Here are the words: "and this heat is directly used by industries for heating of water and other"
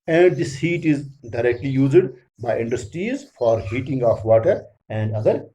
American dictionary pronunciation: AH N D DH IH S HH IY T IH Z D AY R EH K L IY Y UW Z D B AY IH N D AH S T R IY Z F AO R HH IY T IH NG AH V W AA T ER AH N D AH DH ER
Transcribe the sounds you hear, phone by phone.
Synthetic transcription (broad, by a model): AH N D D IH S HH IY T IH Z D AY R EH K L IY Y UW Z D B AY IH N D AH S T R IY Z F AO R HH IY T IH NG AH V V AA T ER AH N D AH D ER